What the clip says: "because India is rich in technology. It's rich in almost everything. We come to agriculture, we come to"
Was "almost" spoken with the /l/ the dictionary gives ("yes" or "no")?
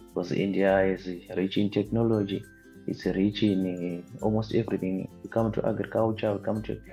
yes